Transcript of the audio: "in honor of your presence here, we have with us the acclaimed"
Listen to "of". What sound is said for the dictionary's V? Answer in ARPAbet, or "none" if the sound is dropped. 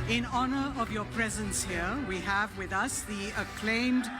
V